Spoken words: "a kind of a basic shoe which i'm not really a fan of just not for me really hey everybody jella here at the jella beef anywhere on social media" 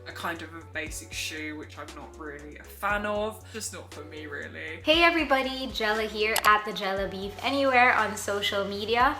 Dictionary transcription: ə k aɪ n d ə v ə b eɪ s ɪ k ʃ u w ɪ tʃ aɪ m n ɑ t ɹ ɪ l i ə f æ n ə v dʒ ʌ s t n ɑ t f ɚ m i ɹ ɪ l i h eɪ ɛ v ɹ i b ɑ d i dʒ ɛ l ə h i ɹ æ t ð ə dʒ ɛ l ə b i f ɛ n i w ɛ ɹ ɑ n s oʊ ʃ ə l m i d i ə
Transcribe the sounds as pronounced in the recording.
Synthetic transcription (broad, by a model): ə k aɪ n d ə v ə b eɪ s ɪ k ʃ u w ɪ tʃ aɪ m n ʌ t ɹ ɪ l i ə f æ n ə v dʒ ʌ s n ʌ t f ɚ m i ɹ ɪ l i h eɪ ɛ v ɹ i b ɑ d i dʒ ɛ l ə h i ɹ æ t ð ə dʒ ɛ l ə b i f ɛ n i w ɛ ɹ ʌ n s oʊ ʃ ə l m i d i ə